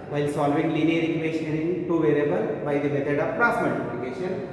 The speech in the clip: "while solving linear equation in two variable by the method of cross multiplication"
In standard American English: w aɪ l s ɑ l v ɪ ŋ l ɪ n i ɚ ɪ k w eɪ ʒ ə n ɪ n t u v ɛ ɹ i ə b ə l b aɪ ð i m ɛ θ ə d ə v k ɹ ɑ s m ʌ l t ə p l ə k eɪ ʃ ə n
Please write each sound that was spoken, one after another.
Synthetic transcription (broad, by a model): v aɪ l s ɑ l v ɪ ŋ l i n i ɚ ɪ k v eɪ ʃ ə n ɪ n t u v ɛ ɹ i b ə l b aɪ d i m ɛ t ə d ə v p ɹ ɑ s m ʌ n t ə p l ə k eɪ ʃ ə n